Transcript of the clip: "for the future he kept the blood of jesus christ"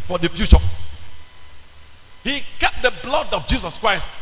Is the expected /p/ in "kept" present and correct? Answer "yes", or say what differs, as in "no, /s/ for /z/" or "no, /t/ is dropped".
no, /p/ is dropped